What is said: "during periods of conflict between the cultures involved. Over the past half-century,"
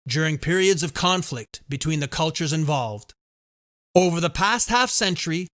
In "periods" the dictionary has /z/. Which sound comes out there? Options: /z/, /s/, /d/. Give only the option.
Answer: /z/